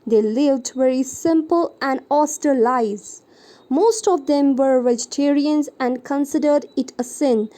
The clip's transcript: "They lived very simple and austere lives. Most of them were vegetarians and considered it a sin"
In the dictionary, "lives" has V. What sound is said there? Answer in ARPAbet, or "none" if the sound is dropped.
none